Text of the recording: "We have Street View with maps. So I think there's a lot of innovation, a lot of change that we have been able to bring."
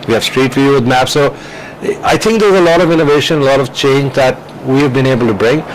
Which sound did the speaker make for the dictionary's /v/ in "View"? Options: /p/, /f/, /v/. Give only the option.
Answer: /f/